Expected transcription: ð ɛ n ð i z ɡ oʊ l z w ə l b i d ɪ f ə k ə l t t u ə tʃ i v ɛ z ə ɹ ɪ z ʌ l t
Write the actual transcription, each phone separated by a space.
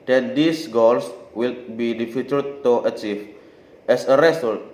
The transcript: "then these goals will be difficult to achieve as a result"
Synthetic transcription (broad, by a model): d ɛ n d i s ɡ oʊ l s w ə l b i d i f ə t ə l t t u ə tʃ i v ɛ s ə ɹ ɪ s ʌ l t